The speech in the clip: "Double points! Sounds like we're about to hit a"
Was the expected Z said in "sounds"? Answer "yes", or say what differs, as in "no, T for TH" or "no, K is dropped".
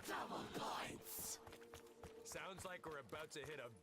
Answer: yes